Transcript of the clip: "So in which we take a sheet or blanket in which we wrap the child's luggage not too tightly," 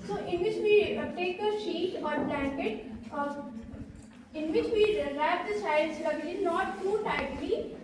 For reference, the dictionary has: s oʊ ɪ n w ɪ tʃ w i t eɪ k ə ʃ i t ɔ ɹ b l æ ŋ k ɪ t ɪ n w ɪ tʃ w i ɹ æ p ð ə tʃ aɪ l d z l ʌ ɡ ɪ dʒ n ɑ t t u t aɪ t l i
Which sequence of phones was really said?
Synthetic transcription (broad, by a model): s oʊ ɪ n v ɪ tʃ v i t eɪ k ə ʃ i t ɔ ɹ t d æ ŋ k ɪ t ɪ n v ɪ tʃ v i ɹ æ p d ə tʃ aɪ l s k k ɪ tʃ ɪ z n ɑ t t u t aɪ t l i